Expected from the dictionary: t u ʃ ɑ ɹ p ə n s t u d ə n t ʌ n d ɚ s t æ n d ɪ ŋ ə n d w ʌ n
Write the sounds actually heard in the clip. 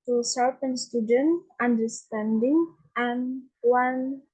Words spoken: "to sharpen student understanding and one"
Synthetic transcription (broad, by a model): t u s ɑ l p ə n s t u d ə n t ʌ n d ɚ s t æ n d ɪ ŋ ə n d w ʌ n